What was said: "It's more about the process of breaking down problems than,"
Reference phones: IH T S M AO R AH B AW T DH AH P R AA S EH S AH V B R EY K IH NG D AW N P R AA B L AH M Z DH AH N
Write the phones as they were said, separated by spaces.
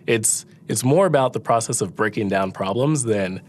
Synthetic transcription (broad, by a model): IH T S M AO R AH B AW T DH AH P R AA S EH S AH V B R EY K IH NG D AW N P R AA B L AH M Z DH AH N